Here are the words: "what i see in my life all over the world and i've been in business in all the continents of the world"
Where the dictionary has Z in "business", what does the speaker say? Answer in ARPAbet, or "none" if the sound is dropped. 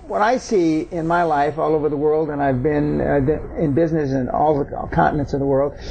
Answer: Z